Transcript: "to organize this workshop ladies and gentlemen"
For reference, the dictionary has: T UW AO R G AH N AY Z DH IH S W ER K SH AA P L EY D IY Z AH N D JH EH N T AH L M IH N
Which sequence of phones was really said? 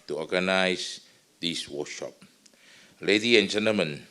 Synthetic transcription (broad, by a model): T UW AO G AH N AY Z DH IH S W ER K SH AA P L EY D IY AH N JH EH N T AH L M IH N